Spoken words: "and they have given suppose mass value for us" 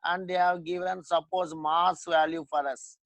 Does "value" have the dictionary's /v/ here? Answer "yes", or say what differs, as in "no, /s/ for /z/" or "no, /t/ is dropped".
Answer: yes